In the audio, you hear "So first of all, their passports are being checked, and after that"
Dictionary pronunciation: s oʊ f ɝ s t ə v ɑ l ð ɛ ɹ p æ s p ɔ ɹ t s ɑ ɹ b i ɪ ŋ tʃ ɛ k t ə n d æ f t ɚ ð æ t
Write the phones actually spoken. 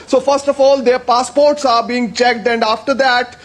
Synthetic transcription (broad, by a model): s oʊ f ɝ s t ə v ɑ l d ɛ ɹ p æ s p ɔ ɹ t s ɑ ɹ b i ɪ ŋ tʃ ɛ k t ə n d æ f t ɚ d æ t